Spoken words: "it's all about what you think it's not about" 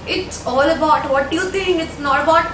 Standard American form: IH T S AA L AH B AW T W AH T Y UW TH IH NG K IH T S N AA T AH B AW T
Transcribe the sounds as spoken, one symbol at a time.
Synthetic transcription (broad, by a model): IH T S AA L AH B AW T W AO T Y UW T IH NG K IH T S N AA T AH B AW T